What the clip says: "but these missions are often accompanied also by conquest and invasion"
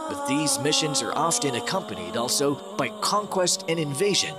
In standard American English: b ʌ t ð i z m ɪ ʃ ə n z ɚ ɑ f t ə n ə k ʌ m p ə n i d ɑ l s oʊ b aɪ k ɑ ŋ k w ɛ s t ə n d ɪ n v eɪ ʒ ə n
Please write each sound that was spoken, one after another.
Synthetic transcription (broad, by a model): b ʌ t ð i z m ɪ ʃ ə n z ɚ ɑ f t ə n ə k ʌ m p ə n i d ɑ l s oʊ b aɪ k ɑ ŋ k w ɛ s t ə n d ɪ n v eɪ ʒ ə n